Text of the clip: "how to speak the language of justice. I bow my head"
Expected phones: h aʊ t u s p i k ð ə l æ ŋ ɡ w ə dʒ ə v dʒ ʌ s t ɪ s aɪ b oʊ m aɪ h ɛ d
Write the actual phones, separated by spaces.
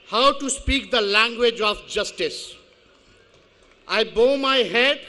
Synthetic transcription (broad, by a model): h aʊ t u s p i k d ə l æ ŋ ɡ w ə dʒ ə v dʒ ʌ s t ɪ s aɪ b oʊ m aɪ h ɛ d